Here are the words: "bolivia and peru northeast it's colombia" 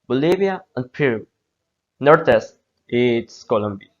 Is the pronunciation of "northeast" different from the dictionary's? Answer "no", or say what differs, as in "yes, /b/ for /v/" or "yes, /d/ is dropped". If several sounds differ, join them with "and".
yes, /t/ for /θ/